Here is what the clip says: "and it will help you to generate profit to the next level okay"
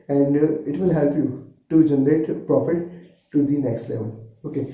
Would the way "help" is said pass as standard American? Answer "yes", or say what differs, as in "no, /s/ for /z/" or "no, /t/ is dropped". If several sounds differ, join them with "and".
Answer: yes